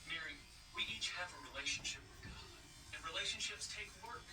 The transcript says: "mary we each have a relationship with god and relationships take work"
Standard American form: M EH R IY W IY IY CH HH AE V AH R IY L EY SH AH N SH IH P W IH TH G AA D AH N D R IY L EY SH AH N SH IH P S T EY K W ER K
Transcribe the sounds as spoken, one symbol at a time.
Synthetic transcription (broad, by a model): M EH R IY W IY IY CH HH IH V AH R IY L EY SH N SH IH P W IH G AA AH N R IY L EY SH AH N SH IH P S T EY K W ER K